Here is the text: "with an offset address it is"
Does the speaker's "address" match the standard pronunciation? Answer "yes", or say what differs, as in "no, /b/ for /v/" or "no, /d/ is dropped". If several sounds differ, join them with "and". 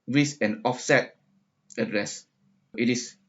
yes